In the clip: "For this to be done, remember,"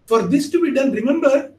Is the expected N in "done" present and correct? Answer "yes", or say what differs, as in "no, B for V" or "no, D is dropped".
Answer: no, L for N